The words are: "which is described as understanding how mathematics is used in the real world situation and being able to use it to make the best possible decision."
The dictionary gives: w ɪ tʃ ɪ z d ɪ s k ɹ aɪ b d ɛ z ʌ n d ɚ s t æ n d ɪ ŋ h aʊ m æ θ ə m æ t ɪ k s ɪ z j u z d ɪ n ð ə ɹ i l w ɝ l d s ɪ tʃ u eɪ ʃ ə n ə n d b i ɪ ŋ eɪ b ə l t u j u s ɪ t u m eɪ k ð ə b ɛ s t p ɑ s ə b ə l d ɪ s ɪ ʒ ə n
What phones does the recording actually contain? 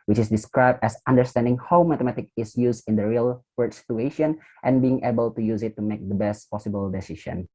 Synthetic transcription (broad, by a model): w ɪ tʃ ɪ s d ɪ s k ɹ aɪ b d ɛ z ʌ n d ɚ s t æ n d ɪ ŋ h aʊ m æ t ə m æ t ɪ k ɪ s j u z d ɪ n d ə ɹ i l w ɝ d s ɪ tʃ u eɪ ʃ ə n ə n b i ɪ ŋ eɪ b ə l t u j u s ɪ t u m eɪ k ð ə b ɛ s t p ɑ s ə b ə l d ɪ s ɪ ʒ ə n